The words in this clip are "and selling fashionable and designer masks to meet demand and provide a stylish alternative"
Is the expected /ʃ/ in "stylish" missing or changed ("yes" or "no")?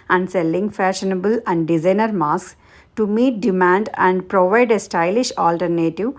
no